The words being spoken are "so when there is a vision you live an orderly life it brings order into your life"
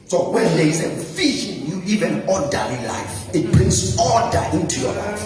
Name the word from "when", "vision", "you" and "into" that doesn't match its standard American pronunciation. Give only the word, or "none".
vision